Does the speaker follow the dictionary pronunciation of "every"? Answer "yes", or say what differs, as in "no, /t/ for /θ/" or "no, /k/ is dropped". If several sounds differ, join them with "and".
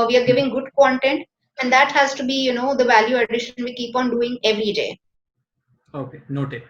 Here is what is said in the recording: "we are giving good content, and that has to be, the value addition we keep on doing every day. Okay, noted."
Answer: yes